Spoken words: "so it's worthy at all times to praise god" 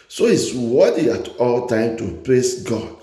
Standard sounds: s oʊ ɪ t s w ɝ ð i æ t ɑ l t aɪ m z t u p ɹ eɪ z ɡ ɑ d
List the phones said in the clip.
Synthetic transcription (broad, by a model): s oʊ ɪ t s w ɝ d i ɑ t ɑ l t aɪ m t u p l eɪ s ɡ ɑ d